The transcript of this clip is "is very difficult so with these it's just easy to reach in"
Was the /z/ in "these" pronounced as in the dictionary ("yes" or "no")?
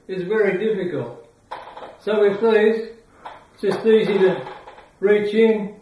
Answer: no